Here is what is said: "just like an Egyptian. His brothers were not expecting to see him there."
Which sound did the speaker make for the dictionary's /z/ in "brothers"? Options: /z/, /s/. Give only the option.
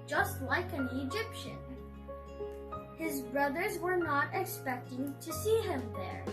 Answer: /z/